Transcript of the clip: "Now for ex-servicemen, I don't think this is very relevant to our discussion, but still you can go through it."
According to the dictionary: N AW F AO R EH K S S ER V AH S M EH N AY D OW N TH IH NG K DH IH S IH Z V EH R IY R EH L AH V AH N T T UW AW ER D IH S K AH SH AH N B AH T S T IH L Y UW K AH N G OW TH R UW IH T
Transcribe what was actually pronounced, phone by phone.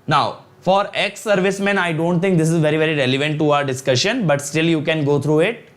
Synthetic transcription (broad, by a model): N AW F AO R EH K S S ER V AH S M EH N AY D OW N T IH NG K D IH S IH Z V EH R IY R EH L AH V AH N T T UW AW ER D IH S K AH SH AH N B AH T S T IH L Y UW K AH N G OW T R UW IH T